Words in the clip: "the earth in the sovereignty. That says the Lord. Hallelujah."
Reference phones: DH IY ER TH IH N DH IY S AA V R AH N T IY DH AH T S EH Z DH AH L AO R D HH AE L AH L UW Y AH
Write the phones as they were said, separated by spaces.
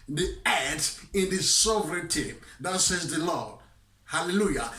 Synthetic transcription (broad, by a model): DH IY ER T IH N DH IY S AA V R AH N T IY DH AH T S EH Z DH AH L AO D HH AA L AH L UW Y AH